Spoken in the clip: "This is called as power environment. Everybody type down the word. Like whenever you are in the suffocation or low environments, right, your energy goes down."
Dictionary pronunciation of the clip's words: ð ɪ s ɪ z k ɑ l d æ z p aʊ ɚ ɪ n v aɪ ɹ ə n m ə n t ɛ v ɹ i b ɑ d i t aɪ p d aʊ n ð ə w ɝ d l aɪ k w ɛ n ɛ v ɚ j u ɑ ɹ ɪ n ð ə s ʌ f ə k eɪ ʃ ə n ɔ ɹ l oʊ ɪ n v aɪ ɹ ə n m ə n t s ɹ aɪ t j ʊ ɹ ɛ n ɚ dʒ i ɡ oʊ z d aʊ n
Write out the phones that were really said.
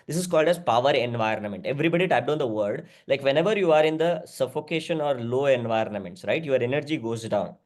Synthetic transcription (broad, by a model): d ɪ s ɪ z k ɑ l d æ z p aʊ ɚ ɪ n v aɪ ɹ ə n m ə n t ɛ v ɹ i b ɑ d i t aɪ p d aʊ n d ə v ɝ d l aɪ k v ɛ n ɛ v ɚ j u ɑ ɹ ɪ n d ə s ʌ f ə k eɪ ʃ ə n ɔ ɹ l oʊ ɪ n v aɪ ɹ ə n m ə n t s ɹ aɪ t j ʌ ɹ ɛ n ɚ dʒ i ɡ oʊ z d aʊ n